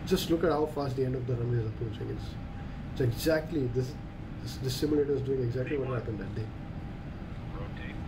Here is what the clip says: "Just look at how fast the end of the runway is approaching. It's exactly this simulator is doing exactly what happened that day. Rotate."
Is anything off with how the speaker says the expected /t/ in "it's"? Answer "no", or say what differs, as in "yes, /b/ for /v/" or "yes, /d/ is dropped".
yes, /s/ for /t/